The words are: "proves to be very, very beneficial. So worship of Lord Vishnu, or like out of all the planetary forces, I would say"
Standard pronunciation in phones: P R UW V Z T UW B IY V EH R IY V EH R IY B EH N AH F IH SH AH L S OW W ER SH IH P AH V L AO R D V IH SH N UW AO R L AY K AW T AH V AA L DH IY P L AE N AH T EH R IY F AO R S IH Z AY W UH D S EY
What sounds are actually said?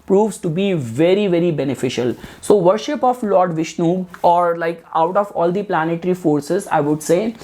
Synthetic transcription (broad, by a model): P R UW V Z T UW B IY V EH R IY V EH R IY B EH N AH F IH SH AH L S OW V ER SH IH P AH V L AO R D V IH SH N UW AO R L AY K AW T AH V AA L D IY P L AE N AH T R IY F AO R S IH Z AY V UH D S EY